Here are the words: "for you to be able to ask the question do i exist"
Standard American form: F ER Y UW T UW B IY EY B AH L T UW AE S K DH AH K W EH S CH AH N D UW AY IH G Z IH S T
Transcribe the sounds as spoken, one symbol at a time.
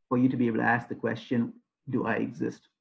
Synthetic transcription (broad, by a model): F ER Y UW T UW B IY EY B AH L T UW AE S K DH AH K W EH S CH AH N D UW AY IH G Z IH S T